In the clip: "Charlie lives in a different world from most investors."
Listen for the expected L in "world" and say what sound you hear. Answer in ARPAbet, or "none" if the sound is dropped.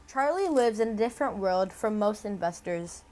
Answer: L